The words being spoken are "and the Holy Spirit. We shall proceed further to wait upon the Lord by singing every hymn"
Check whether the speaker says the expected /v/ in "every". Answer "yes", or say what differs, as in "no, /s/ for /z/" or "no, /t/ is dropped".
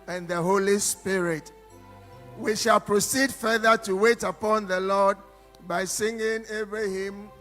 no, /b/ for /v/